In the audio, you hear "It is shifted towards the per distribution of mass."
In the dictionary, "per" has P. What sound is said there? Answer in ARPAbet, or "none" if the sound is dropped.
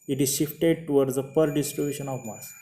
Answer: P